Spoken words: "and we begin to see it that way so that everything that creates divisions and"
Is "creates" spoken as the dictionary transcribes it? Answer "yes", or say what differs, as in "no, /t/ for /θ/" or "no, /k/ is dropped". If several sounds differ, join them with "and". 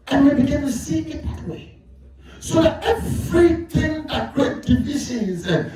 no, /s/ is dropped